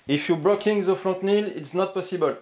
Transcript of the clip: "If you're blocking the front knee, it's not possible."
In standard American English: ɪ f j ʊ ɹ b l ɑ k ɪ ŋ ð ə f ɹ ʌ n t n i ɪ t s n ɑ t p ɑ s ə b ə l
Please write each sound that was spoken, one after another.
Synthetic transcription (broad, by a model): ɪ f j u b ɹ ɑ k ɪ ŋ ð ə f ɹ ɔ t n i ɪ t s n ɑ t p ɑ s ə b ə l